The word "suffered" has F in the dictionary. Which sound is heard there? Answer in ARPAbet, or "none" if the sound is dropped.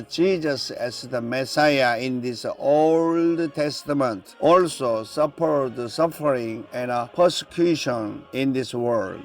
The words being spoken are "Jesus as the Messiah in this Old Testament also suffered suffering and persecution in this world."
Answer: P